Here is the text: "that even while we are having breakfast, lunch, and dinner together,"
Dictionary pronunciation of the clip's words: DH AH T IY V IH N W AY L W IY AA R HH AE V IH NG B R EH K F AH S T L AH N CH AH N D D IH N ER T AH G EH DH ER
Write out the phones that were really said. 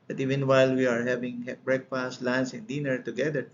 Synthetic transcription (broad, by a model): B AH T IY V IH N W AY L W IY AA R HH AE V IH NG B R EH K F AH S T L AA N S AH N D D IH N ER T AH G EH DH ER